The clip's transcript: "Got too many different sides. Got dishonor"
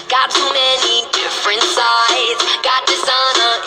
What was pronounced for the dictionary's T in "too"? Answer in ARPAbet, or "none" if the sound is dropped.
S